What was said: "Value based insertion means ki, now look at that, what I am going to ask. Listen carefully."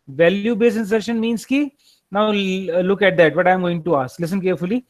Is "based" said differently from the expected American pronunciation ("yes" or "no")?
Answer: yes